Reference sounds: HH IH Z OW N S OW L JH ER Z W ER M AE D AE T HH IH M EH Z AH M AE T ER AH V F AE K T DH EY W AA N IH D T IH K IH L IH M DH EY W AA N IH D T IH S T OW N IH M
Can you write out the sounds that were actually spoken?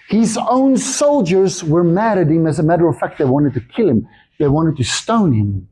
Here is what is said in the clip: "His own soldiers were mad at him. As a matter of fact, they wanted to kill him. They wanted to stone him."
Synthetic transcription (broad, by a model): HH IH Z OW N S OW L JH ER Z W ER M AE D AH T HH IH M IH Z AH M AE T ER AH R F AE K T DH EY W AA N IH D T IH K IH L IH M DH EY W AA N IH D T IH S T OW N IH M